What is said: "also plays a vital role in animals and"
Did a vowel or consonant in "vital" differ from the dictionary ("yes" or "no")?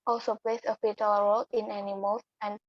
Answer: yes